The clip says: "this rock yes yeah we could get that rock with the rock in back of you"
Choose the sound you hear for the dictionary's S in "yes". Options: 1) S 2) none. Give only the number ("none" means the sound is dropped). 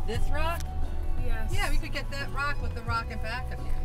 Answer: 2